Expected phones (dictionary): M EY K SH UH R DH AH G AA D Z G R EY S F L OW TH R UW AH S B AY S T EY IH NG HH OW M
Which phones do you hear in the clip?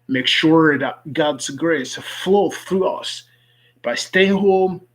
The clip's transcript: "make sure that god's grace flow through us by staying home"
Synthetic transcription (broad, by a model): M EY K SH UH R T G AA D Z G R EY S F L OW TH R UW AH S B AY S T EY IH NG HH OW M